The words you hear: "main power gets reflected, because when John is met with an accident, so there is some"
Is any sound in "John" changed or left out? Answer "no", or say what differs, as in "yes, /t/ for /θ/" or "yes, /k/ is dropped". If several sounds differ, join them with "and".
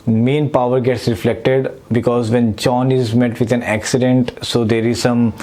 yes, /tʃ/ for /dʒ/